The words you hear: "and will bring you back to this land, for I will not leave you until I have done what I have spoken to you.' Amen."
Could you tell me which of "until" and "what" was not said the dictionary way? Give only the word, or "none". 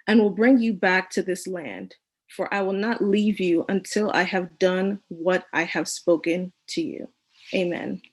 none